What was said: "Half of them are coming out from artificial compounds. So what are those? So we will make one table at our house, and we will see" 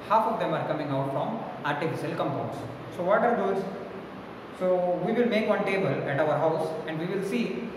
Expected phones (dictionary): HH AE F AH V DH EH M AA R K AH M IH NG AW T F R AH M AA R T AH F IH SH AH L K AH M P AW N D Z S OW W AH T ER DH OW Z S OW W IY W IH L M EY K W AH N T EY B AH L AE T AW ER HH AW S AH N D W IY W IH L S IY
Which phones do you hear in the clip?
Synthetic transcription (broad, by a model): HH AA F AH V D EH M AA R K AH M IH NG AW T F R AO M AA R T AH F IH SH AH L K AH M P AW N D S S OW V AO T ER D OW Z S OW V IY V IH L M EY K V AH N T EY B AH L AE T AW ER HH AW S AH N D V IY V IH L S IY